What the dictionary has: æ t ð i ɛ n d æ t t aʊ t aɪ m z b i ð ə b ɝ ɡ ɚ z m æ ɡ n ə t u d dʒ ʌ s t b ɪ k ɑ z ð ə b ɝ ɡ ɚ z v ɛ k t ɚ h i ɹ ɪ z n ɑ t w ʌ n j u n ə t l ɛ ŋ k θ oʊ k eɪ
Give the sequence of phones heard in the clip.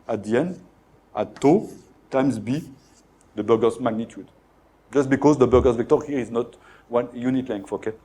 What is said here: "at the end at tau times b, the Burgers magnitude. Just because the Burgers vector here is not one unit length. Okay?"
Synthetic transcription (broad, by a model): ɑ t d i ɛ n d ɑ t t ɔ t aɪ m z b i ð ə b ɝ ɡ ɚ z m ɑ ɡ n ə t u d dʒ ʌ s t b ɪ k ɑ z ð ə b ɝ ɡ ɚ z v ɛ k t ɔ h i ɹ ɪ z n ɑ t w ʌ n j u n ə t l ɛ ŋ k f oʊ k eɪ